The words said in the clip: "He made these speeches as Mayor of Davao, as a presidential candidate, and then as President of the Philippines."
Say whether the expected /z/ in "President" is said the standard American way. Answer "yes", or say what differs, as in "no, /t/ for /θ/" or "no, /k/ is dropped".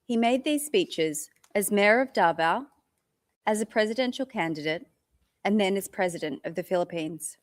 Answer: yes